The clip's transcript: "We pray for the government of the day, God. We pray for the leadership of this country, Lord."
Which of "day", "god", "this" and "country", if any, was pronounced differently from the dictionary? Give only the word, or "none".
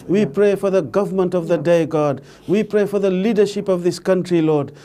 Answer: none